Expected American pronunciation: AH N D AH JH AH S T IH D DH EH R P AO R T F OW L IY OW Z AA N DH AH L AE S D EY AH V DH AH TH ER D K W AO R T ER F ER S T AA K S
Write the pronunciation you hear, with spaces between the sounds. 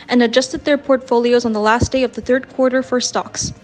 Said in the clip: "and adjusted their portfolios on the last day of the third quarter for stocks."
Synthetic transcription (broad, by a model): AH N AH JH AH S T IH D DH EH R P AO R T F OW L IY OW Z N DH AH L AE S D EY AH V DH AH TH ER D K W AO R T ER F ER S T AA K S